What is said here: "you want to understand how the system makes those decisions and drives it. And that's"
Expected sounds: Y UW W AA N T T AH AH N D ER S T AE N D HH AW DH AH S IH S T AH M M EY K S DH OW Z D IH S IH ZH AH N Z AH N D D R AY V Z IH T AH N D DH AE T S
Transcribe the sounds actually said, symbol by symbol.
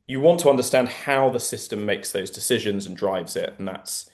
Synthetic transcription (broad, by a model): Y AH W AA N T T AH AH N D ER S T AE N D HH AW DH AH S IH S T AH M M EY K S DH OW Z D IH S IH ZH AH N Z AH N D D R AY V Z IH T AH N DH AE T S